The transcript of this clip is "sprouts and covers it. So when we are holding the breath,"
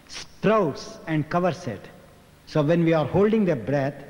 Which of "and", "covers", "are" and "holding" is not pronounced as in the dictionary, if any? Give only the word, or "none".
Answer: covers